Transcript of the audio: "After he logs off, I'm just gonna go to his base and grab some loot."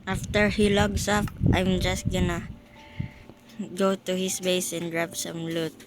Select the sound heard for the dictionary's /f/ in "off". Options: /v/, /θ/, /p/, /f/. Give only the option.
/p/